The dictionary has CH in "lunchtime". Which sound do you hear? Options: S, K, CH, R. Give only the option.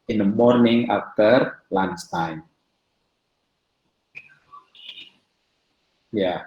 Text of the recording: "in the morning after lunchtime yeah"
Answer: S